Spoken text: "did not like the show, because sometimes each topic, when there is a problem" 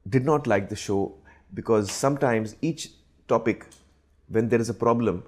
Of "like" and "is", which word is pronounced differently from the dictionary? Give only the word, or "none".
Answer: none